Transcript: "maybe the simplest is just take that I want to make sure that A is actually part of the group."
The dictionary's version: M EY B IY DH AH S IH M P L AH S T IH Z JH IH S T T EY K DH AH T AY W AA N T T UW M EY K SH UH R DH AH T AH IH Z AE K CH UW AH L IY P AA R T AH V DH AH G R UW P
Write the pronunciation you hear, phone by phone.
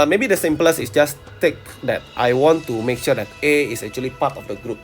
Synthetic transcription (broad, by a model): M EY B IY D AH S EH M P L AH S IH S JH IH S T T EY K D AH T AY W AA N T T UW M EY K SH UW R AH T AH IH S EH K CH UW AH L IY P AA T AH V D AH G R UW P